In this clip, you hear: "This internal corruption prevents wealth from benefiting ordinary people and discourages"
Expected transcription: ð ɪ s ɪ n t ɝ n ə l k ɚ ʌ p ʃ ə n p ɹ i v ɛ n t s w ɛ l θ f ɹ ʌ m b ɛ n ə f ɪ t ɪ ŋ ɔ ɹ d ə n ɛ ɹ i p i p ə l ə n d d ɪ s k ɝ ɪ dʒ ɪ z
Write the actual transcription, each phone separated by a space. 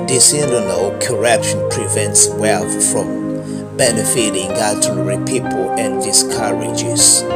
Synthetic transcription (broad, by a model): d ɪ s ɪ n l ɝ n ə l k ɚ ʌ p ʃ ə n p ɹ i v ɛ n t s w ɛ l θ f ɹ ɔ m b ɛ n ə f ɪ t ɪ ŋ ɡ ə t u ɹ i p i p ə l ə n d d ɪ s k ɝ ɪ dʒ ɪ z